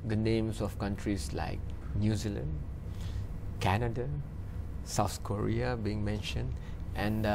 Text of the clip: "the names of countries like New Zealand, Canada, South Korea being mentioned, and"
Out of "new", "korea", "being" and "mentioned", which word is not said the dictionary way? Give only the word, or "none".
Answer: none